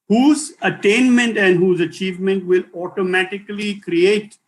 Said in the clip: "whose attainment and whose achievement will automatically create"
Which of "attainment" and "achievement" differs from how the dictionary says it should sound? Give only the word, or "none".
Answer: none